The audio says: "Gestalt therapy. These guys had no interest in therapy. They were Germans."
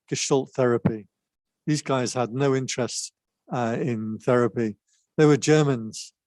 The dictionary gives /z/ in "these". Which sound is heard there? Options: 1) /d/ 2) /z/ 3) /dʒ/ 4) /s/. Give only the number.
2